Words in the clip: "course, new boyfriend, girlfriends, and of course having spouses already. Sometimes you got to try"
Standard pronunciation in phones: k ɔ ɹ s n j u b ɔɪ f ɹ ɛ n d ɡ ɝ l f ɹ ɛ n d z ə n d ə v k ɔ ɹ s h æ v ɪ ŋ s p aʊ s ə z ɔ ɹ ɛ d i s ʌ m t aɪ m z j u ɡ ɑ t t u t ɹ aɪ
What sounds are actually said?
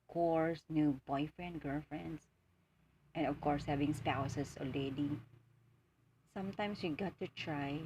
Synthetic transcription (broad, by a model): k ɔ ɹ s n j u b ɔɪ f ɹ ɛ n d ɡ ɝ l f ɹ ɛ n d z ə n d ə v k ɔ ɹ s h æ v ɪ ŋ s p aʊ s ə s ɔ l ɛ d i s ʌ m t aɪ m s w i ɡ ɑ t t u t ɹ aɪ